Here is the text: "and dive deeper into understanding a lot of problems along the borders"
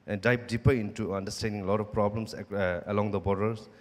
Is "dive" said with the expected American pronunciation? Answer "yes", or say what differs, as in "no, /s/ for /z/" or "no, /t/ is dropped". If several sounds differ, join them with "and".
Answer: no, /p/ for /v/